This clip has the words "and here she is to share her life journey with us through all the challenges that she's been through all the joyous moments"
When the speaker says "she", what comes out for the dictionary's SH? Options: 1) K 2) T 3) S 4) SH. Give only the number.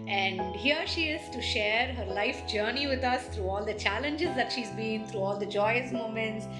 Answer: 4